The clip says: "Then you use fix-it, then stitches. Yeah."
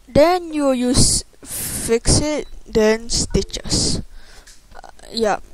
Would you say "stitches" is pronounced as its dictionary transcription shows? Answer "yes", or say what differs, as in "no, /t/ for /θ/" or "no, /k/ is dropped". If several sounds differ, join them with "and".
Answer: no, /s/ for /z/